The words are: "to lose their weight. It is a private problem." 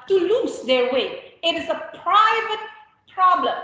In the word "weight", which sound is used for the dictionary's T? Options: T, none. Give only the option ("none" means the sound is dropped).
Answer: none